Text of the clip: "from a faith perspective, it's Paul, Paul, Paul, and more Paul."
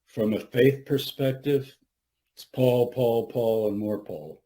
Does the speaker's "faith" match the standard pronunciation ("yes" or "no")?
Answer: yes